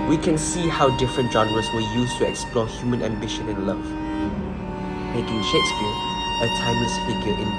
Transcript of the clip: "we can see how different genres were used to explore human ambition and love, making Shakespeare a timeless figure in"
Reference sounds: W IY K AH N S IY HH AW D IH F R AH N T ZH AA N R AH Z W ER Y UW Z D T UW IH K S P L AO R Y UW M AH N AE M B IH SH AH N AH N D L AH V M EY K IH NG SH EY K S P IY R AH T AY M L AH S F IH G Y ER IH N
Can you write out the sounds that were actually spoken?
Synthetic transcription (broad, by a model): W IY K AH N S IY HH AW D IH F R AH N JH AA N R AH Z W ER Y UW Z T UW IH K S P L AO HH Y UW M AH N AE M B IH SH AH N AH N L AH V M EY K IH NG SH EY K S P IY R AH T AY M AH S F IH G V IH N